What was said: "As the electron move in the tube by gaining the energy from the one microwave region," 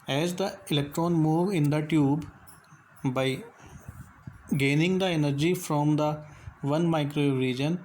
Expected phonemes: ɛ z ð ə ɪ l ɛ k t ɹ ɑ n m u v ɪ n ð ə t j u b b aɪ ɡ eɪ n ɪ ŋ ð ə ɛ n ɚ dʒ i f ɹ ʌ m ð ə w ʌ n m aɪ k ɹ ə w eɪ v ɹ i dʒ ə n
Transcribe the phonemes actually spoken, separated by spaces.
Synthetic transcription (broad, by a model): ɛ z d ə ɪ l ɛ k t ɹ ɑ n m u v ɪ n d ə t j u b b aɪ ɡ eɪ n ɪ ŋ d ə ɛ n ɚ dʒ i f ɹ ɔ m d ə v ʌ n m aɪ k ɹ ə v ɹ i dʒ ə n